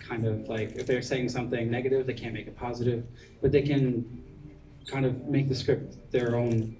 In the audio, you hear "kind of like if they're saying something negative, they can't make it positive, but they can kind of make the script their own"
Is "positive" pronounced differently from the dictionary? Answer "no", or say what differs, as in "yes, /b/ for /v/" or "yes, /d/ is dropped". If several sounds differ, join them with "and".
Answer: no